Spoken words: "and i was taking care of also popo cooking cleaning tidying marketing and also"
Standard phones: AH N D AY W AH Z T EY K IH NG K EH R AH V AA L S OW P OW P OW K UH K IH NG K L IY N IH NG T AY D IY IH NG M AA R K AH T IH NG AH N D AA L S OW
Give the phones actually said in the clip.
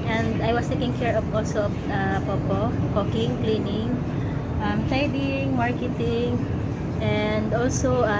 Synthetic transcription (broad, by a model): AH N D AY W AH S T EY K IH NG K EH R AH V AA L S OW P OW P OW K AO K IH NG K L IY N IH NG T AY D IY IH NG M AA R K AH T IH NG AH N D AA L S OW